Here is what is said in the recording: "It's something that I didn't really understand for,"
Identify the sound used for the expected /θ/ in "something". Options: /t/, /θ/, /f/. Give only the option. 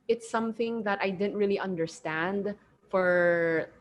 /θ/